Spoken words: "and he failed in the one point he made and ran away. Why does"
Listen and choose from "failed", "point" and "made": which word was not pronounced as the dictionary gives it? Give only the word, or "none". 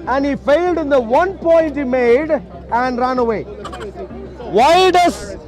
none